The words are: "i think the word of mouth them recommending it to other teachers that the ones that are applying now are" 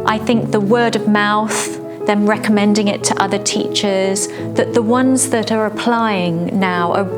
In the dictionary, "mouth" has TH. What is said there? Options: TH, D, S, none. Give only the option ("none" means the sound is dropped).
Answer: TH